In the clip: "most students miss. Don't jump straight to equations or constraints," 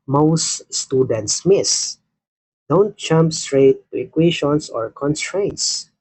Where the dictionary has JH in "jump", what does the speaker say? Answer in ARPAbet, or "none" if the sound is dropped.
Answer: CH